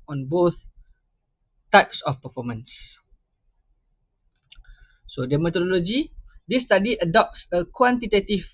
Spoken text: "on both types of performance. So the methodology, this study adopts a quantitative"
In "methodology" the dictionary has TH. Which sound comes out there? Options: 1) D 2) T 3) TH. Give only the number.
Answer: 2